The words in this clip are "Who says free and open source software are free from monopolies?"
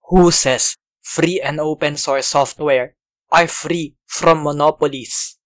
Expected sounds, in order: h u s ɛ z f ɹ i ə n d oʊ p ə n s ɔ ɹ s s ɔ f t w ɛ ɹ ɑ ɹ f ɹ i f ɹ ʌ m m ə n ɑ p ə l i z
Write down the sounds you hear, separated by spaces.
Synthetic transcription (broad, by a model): h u s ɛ s f ɹ i ə n d oʊ p ə n s ɔ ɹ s s ɔ f t w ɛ ɹ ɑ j f ɹ i f ɹ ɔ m m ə n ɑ p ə l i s